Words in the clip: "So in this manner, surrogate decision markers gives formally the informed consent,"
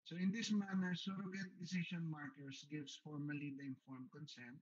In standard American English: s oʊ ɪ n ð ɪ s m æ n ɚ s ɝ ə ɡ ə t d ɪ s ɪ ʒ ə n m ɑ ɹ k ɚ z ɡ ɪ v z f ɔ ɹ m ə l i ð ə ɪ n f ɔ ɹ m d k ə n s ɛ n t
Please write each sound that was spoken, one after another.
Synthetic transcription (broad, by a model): s oʊ ɪ n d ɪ s m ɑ n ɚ s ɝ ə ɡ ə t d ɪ s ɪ ʃ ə n m ɑ ɹ k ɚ s ɡ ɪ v s f ɔ ɹ m ə l i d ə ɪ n f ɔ ɹ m k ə n s ɛ n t